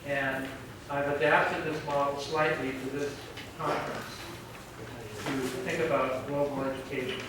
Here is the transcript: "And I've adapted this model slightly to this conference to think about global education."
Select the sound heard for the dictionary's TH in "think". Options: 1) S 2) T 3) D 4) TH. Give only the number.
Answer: 4